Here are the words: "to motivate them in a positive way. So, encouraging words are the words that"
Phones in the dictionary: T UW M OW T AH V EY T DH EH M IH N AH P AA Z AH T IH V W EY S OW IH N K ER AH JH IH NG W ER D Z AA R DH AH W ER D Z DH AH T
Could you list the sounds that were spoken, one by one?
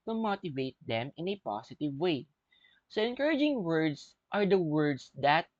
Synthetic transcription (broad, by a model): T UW M OW T AH V EY T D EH M IH N AH P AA S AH T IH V W EY S OW IH N K ER AH JH IH NG W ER D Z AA R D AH W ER D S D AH T